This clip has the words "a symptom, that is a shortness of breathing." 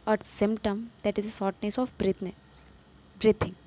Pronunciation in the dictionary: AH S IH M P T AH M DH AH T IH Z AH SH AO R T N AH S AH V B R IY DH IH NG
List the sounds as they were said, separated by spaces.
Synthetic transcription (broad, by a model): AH S IH M P T AH M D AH T IH Z AH S AO R T N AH S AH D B R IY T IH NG